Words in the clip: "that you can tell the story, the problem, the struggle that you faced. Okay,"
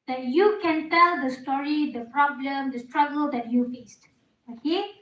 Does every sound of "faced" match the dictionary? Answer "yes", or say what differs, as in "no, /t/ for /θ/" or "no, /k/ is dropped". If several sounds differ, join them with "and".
yes